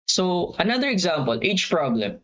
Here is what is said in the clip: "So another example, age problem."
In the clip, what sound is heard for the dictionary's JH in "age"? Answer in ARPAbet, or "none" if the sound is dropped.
CH